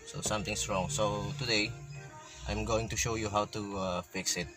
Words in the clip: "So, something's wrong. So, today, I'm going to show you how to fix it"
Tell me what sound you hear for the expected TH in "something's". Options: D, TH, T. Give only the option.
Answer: T